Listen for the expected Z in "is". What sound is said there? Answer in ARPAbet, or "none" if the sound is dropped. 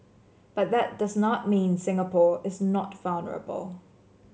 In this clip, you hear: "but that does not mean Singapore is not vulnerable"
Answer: Z